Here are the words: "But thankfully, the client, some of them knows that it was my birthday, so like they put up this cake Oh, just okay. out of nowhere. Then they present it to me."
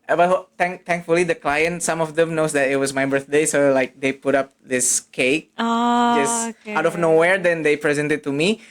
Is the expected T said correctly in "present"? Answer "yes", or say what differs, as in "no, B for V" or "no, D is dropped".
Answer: yes